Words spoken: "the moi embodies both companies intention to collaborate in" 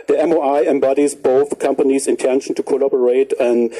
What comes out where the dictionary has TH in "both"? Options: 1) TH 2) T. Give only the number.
1